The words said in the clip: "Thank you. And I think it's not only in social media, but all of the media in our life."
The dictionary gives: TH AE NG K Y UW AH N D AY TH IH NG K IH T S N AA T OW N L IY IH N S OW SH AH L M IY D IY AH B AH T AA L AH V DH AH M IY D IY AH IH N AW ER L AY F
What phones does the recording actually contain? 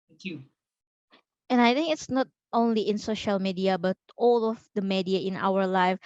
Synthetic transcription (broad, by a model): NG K Y UW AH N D AY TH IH NG K IH T S N AA T OW N L IY IH N S OW SH AH L M IY D IY AH B AH T AA L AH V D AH M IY D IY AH IH N AW ER L AY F